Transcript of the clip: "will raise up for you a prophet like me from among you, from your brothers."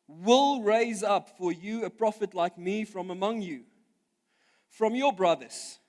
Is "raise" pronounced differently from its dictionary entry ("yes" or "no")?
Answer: no